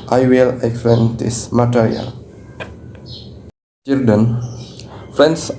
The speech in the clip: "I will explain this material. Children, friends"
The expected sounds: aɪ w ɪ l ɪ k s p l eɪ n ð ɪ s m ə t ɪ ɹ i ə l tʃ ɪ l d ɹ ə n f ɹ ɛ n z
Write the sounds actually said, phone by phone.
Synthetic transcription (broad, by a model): aɪ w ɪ l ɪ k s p eɪ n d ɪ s m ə t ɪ ɹ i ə l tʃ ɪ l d ə n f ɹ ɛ n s